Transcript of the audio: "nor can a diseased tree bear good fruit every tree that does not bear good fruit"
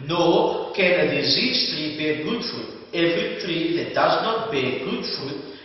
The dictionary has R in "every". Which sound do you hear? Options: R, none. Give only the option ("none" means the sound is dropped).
none